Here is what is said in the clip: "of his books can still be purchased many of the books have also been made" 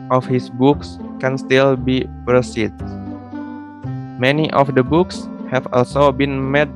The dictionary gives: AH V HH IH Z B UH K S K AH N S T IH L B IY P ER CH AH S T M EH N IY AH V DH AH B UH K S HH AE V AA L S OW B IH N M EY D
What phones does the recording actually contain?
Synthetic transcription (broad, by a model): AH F HH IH S B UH K S K AH N S T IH L B IY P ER S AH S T M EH N IY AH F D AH B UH K S HH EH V AA L S OW B IH N M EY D